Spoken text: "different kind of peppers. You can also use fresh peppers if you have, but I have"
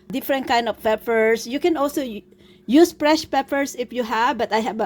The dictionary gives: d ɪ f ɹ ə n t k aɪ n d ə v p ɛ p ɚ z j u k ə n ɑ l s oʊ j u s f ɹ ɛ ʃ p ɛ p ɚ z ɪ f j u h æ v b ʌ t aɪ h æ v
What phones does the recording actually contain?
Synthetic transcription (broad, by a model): d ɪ f ɹ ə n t k aɪ n d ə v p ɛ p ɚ s j u k ə n ɑ l s oʊ j u s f ɹ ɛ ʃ p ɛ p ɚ s ɪ f j u h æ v b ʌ t aɪ h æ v